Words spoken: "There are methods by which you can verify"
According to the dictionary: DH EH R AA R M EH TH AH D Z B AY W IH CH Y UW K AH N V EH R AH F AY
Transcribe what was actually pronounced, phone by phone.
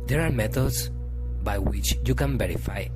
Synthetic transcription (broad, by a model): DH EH R AA R M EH T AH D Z B AY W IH CH Y UW K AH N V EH R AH F AY